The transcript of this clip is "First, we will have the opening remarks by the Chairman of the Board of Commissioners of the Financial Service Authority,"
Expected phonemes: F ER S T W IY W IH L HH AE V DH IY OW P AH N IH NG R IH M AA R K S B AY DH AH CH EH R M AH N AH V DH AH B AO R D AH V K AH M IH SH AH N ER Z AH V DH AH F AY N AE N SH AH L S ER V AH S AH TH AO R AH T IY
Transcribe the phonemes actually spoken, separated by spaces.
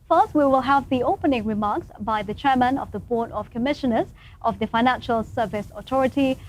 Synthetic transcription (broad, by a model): F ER S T W IY W IH L HH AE V DH IY OW P AH N IH NG R IH M AA R K S B AY DH AH CH EH R M AH N AH V DH AH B AO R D AH V K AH M IH SH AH N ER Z AH V DH AH F AY N AE N SH AH L S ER V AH S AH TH AO R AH T IY